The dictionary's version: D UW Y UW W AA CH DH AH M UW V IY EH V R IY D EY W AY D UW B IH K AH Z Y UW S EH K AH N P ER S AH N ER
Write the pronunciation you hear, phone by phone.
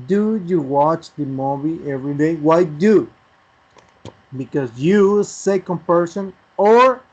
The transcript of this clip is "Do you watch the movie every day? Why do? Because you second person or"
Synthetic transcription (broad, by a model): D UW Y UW W AA CH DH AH M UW B IY EH V R IY D EY W AY D UW B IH K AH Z Y UW S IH K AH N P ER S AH N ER